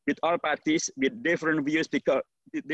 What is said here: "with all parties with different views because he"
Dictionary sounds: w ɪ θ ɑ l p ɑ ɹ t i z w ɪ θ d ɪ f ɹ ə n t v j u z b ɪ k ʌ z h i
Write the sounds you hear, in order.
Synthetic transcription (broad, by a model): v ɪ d ɑ l p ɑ ɹ t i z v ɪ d d ɪ f ɹ ə n t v j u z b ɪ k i